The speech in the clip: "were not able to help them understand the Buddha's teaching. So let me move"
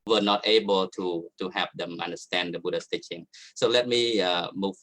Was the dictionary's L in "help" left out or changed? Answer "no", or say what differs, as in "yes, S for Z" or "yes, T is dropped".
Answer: yes, L is dropped